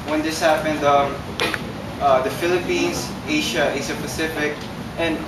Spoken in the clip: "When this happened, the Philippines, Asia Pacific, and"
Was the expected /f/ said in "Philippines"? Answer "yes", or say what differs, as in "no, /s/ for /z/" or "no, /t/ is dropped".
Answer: yes